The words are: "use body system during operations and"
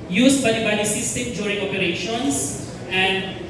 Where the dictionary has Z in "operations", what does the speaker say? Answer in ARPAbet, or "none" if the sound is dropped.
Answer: S